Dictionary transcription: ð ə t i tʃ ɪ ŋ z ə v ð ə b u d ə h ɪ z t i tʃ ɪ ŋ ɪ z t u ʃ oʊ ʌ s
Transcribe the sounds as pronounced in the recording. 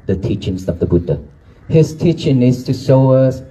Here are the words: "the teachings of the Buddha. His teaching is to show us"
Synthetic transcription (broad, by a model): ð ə t i tʃ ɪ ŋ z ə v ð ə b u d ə h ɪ s t i tʃ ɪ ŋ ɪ s t u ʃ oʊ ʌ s